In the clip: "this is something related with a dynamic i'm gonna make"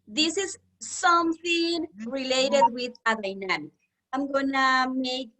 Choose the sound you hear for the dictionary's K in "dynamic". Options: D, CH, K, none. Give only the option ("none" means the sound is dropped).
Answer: none